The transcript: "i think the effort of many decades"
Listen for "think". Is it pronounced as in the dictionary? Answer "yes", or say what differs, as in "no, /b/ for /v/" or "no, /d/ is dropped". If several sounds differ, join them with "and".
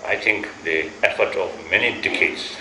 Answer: no, /t/ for /θ/